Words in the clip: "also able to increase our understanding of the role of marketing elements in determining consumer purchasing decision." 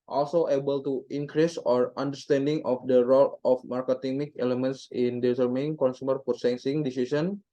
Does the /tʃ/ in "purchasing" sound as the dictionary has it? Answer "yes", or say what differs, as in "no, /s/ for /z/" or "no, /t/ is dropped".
no, /s/ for /tʃ/